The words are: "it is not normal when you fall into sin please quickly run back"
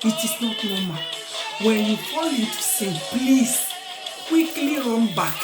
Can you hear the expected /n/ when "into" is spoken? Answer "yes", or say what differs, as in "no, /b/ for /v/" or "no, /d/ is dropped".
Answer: no, /n/ is dropped